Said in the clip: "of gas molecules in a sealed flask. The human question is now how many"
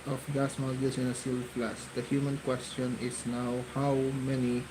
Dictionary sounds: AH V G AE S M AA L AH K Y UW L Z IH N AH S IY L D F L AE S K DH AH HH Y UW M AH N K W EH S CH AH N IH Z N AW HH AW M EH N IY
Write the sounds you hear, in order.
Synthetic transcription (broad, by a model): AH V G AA S M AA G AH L S IH N AH S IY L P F L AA S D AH HH Y UW M AH N K W EH S CH AH N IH S N AW HH AW M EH N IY